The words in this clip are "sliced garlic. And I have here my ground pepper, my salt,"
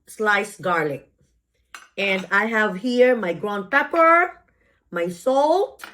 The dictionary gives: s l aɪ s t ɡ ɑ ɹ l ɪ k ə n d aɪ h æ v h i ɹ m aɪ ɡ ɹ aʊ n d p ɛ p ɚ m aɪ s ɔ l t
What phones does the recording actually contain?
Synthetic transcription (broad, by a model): s l aɪ s ɡ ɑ ɹ l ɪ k ə n d aɪ h æ v h i ɹ m aɪ ɡ ɹ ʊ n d p ɛ p ɚ m aɪ s ɔ l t